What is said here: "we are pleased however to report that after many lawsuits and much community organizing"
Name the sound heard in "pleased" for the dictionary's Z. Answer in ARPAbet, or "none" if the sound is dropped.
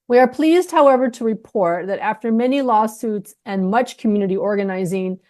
Z